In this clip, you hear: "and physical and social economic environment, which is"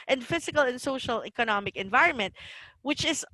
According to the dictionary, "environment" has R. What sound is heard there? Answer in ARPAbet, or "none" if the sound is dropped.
R